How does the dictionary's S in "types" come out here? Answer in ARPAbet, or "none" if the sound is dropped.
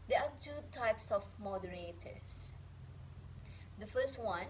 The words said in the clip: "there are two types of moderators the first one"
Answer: S